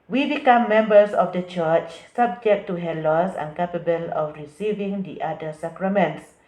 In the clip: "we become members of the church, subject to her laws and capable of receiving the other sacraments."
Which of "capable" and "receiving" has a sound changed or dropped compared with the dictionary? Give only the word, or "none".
none